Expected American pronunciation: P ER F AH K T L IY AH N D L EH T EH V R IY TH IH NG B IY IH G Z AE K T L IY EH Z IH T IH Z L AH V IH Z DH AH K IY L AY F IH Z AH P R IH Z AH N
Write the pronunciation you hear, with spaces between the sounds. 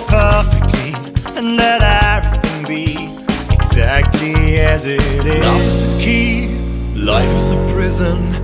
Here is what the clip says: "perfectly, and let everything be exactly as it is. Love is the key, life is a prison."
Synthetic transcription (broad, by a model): P ER F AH K T L IY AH N L EH T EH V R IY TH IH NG B IY IH G Z AE K T L IY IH Z IH T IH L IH F IH Z DH AH K IY L AY F IH Z AH P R IH Z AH N